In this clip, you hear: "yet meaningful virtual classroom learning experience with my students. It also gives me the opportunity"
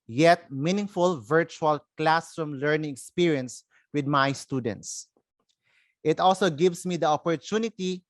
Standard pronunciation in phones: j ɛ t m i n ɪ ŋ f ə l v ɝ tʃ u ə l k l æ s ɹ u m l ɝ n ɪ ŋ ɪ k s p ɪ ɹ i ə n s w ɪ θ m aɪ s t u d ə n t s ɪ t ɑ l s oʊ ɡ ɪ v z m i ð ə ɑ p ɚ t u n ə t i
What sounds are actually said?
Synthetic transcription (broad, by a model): j ɛ t m i n ɪ ŋ f ə l v ɝ tʃ u ə l k l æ s ɹ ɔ m l ɝ n ɪ ŋ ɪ k s p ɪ ɹ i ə n s w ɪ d m aɪ s t u d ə n t s ɪ t ɑ l s oʊ ɡ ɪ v s m i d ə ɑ p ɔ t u n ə t i